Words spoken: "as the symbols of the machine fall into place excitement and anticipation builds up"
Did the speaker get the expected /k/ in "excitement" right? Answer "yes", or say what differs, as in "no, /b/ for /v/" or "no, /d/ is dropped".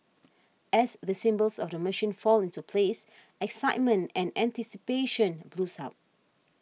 yes